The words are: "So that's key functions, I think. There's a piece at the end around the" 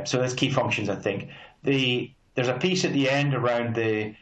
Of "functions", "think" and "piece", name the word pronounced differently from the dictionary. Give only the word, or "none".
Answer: none